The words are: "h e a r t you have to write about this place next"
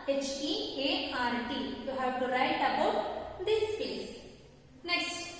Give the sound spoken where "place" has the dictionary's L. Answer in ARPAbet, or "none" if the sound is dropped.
none